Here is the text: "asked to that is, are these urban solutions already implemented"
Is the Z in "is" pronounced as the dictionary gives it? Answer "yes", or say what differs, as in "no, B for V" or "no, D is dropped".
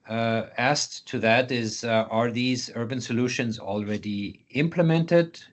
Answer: yes